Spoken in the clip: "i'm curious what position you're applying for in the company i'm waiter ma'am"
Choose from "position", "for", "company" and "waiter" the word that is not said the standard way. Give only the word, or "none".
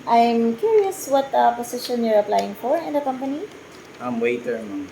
position